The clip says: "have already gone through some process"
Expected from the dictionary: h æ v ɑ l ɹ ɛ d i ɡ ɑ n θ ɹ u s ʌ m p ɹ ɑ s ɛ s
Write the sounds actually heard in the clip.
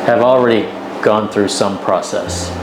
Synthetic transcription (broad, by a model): h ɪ v l ɹ ɛ d i ɡ ɑ n θ ɹ u s ʌ m p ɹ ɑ s ɛ s